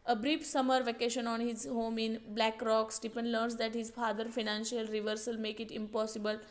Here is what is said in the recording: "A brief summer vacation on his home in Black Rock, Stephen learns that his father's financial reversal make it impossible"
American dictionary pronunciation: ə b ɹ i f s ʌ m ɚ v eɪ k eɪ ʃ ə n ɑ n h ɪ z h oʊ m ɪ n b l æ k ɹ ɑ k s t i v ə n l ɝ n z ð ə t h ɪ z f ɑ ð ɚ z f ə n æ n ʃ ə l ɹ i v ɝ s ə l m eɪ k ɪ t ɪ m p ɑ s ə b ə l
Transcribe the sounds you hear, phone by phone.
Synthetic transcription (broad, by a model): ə b ɹ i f s ʌ m ɚ v eɪ k eɪ ʃ ə n ɑ n h ɪ z h oʊ m ɪ n b l æ k ɹ ɑ k s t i p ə n l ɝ n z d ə t h ɪ z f ɑ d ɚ f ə n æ n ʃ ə l ɹ i v ɝ s ə l m eɪ k ɪ t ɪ m p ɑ s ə b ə l